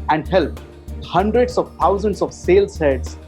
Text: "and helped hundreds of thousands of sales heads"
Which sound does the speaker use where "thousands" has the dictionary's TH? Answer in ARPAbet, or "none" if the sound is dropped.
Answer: T